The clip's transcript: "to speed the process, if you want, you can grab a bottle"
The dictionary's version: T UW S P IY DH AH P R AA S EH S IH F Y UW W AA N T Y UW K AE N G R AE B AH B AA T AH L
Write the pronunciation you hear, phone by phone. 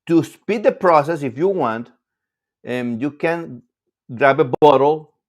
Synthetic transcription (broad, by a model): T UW S P IY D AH P R AA S EH S IH F Y UW W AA N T Y UW K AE N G R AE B AH B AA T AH L